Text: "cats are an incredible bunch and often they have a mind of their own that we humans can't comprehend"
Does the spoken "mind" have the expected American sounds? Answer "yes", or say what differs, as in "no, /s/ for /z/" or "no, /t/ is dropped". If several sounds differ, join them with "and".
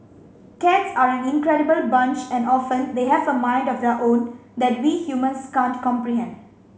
yes